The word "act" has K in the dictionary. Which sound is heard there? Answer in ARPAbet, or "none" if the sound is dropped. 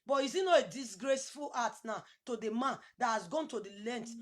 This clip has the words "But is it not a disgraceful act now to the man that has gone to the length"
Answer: none